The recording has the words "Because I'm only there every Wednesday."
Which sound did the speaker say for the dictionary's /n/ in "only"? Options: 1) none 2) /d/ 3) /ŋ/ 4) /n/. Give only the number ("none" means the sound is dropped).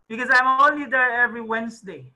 1